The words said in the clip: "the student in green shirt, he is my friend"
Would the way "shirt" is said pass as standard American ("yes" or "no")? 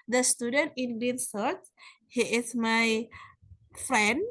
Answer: no